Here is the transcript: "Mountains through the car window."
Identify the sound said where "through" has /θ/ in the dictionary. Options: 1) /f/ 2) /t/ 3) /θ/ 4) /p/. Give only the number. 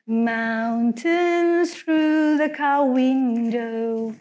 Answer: 3